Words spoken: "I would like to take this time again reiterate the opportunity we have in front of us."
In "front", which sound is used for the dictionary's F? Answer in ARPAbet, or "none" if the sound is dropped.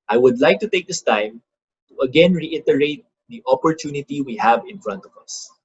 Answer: F